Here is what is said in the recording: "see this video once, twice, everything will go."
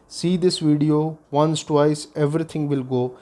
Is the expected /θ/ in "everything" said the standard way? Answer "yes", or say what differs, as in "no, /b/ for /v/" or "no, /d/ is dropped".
no, /t/ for /θ/